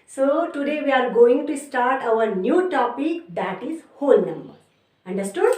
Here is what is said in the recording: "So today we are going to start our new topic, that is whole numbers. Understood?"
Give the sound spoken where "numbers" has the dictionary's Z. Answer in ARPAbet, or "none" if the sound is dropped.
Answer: none